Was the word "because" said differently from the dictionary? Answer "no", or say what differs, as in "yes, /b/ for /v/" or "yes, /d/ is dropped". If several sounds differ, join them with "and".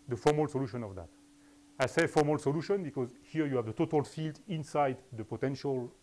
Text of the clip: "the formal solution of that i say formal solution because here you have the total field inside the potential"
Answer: no